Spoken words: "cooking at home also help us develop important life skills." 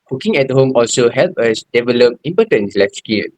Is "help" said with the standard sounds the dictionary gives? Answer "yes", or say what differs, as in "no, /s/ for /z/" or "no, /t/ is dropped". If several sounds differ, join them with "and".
yes